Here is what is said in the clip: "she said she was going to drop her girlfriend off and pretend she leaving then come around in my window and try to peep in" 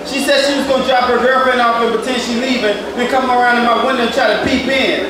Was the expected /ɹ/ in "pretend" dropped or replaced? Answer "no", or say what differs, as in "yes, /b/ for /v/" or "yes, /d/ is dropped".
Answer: yes, /ɹ/ is dropped